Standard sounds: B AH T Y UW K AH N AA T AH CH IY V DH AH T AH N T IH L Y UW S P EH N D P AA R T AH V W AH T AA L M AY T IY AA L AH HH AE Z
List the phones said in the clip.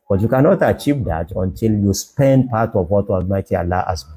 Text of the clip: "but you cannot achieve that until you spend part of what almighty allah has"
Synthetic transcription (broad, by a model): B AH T Y UW K AH N AA T AH CH IY V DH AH T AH N T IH L Y UW S P EH N D P AA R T AH V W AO T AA M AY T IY AA L AH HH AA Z